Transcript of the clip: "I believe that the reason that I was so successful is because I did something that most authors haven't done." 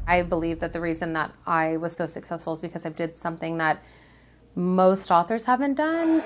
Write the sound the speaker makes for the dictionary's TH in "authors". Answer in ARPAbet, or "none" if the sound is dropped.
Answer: TH